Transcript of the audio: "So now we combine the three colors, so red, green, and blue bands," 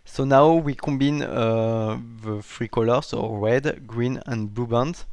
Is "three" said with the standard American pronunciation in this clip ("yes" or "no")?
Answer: no